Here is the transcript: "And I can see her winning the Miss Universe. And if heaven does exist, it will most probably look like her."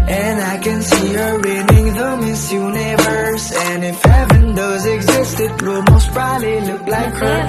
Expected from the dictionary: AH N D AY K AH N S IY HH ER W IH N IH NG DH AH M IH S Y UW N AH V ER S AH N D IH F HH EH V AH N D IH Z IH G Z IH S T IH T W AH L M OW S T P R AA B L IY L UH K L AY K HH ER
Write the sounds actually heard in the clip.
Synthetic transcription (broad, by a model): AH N AY K AH N S IY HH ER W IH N IH NG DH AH M IH S Y UW N AH V ER S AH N IH F HH EH V AH N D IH Z IH G Z IH S T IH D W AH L M OW S T B R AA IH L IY L UH K L AY K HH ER